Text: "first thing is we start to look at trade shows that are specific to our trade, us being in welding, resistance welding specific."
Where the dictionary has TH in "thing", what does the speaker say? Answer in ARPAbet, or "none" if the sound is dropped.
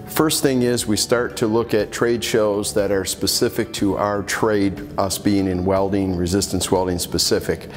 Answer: TH